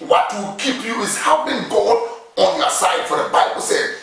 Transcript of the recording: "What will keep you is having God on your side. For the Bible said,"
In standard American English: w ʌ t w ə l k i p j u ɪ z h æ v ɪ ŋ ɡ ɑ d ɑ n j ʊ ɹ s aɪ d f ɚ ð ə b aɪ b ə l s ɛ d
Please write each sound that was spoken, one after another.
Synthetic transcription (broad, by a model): w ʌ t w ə k i p j u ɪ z h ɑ b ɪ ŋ ɡ ɑ d ɑ n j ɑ s aɪ d f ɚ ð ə b aɪ b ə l s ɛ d